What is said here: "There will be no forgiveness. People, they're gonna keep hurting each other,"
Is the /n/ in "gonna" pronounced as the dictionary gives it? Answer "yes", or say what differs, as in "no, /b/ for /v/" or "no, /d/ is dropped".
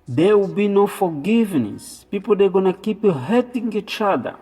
yes